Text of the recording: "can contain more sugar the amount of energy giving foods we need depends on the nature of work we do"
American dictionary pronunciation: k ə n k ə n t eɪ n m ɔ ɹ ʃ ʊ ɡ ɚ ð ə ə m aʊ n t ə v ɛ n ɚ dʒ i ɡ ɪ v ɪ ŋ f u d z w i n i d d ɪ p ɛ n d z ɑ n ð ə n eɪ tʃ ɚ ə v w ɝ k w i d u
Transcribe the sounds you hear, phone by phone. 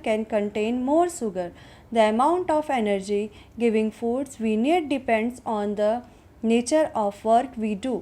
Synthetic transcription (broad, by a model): k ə n k ə n t eɪ n m ɔ ɹ s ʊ ɡ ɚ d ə ə m aʊ n t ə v ɛ n ɚ dʒ i ɡ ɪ v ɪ ŋ f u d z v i n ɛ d d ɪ p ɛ n d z ɑ n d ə n eɪ tʃ ɚ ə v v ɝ k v i d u